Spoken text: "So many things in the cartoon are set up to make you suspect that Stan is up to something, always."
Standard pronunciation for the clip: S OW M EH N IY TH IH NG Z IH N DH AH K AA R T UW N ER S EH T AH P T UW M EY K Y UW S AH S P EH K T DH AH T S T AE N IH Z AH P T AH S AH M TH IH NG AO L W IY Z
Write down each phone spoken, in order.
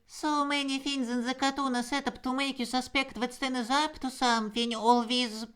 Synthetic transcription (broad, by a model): S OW M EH N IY F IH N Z IH N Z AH K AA T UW N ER S EH T AH P T UW M EY K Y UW S AH S P EH K T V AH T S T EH N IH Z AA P T AH S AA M F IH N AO L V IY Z